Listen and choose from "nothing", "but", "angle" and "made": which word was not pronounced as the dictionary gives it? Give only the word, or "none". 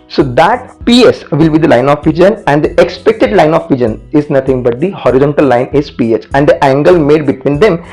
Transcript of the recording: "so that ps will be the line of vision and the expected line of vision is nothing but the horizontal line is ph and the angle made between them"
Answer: nothing